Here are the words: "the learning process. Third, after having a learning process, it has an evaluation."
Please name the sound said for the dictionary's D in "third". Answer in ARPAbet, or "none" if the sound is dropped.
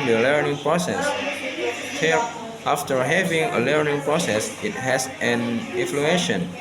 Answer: none